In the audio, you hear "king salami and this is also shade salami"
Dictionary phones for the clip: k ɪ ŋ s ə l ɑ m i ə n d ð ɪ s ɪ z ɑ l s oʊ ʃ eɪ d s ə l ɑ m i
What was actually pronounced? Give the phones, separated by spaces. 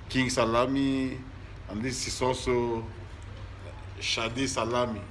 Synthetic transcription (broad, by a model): k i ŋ s ə l ɑ m i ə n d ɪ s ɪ s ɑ s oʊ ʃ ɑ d s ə l ɑ m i